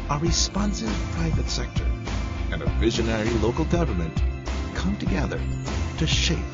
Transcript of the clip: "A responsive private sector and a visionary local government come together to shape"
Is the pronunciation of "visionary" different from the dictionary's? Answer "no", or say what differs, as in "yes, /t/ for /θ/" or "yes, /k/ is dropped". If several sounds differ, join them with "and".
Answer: no